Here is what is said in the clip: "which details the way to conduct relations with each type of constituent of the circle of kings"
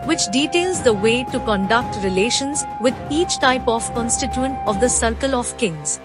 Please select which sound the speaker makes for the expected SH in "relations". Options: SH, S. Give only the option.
SH